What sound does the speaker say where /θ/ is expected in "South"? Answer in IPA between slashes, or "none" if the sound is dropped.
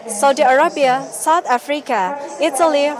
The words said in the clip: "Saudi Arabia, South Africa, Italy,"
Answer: /t/